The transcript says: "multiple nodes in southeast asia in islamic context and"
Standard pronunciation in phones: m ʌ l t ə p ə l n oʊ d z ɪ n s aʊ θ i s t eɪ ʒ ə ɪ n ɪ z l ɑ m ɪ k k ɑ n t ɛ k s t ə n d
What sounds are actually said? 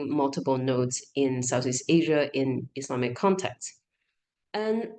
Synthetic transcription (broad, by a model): m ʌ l t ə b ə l n oʊ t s ɪ n s aʊ θ i s t eɪ ʒ ə ɪ n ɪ s l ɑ m ɪ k k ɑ n t ɛ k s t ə n